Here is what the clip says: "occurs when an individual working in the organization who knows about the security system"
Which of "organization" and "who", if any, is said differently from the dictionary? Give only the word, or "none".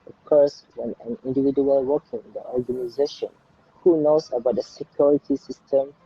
none